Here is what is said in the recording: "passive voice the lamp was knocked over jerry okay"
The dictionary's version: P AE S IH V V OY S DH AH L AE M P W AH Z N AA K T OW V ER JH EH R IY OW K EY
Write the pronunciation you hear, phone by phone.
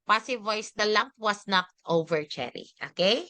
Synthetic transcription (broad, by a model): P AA S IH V V OY S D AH L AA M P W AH S N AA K T OW V ER CH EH R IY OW K EY